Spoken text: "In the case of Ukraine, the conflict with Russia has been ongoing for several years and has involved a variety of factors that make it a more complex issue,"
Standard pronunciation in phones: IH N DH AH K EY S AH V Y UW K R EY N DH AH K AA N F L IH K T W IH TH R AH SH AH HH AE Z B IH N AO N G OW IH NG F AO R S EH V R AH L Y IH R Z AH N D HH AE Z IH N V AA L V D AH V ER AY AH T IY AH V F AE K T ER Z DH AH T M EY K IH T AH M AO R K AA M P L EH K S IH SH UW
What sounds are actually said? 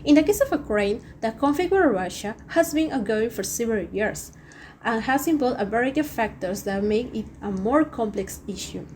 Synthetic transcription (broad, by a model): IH N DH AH K EY S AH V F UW K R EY N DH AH K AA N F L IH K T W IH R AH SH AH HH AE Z B IH N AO G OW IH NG F AO R S EH V R AH L Y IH R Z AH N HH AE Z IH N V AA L D AH B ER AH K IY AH F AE K T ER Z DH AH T M EY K IH T AH M AO R K AA M P L EH K S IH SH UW